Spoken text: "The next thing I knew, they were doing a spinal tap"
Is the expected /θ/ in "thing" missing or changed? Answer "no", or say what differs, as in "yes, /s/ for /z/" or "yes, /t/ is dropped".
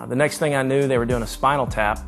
no